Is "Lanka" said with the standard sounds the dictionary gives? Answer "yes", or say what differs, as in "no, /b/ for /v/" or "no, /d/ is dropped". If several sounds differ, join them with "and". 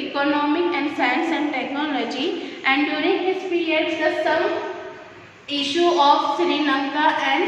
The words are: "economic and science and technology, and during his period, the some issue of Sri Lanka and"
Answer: no, /n/ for /l/